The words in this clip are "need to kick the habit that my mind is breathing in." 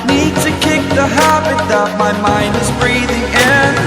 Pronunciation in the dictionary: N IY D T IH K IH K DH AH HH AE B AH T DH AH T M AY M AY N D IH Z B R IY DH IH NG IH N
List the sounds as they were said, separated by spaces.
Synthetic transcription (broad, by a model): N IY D T IH K IH K DH AH HH AE B AH T DH AH T M AY M AY N D IH Z B R IY DH IH NG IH N